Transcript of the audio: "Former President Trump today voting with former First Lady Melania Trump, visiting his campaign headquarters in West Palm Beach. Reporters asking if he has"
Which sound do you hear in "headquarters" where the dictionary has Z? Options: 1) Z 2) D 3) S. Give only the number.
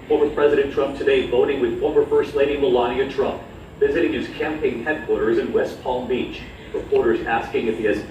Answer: 1